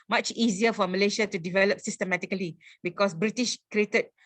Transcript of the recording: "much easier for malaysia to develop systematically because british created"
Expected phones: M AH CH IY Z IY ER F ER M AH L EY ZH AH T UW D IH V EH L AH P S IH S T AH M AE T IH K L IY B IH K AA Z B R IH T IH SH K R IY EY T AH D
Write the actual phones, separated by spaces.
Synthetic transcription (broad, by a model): M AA CH IY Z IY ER F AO M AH L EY SH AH T UW D IH V EH L AH P S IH S T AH M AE T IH K L IY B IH K AA S B R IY T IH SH K R IY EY T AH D